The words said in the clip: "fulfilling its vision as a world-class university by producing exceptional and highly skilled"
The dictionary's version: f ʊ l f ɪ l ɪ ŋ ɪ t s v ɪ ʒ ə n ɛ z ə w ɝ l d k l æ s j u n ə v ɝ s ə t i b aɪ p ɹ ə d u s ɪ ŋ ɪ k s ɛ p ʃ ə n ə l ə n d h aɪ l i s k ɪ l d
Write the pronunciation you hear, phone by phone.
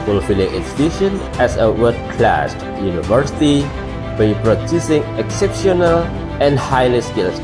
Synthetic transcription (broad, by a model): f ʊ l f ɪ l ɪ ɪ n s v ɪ ʃ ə n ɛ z ə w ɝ d k l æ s j u n ə v ɝ s ə t i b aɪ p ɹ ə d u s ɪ ŋ ɪ k s ɛ p ʃ ə n ə l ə n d h aɪ l i s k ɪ l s